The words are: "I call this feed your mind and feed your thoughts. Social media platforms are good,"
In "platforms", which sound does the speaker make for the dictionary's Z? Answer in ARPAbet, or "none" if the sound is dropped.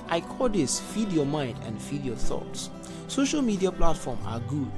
none